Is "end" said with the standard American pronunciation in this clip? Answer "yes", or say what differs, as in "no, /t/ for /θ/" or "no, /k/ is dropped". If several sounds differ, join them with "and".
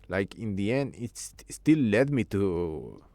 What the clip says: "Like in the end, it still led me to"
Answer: no, /d/ is dropped